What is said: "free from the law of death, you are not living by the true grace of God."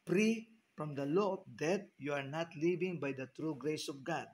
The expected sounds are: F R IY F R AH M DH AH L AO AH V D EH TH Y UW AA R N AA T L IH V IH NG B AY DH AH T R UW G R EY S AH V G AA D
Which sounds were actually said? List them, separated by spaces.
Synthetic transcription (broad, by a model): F R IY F R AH M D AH L AO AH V D EH T Y UW AA R N AA T L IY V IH NG B AY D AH T R UW G R EY S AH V G AA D